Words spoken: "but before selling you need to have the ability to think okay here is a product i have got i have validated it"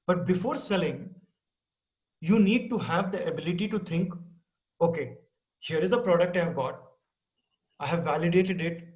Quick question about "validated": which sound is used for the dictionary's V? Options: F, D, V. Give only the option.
V